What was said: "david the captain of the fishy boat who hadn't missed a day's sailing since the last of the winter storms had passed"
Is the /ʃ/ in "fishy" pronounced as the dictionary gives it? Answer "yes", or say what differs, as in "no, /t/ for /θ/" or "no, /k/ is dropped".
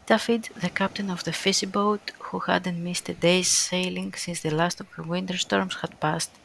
no, /s/ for /ʃ/